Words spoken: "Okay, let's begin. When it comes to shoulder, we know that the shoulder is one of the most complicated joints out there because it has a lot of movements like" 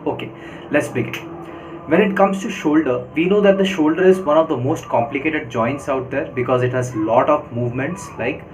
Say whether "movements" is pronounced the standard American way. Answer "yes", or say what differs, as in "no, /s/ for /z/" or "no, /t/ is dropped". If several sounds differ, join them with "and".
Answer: yes